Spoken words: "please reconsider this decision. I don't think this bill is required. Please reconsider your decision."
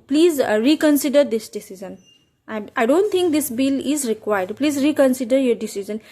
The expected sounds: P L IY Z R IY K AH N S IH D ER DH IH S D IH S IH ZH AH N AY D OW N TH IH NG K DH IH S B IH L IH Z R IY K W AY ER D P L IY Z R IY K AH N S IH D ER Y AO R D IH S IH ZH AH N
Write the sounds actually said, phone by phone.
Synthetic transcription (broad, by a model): P L IY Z R IY K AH N S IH D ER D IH S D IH S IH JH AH N AY D OW N T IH NG K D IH S B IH L IH Z R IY K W AY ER D P L IY Z R IY K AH N S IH D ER Y AO R D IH S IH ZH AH N